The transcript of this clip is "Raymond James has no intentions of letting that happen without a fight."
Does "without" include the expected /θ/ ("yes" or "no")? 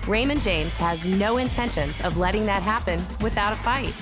yes